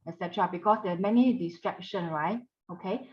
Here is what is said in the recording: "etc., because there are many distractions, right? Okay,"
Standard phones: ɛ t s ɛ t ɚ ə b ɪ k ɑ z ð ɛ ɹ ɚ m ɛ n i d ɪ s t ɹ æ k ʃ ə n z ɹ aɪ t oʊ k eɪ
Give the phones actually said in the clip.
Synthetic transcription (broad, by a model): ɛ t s ɛ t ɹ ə b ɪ k ɑ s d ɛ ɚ m ɛ n i d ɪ s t ɹ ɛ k ʃ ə n ɹ aɪ t oʊ k eɪ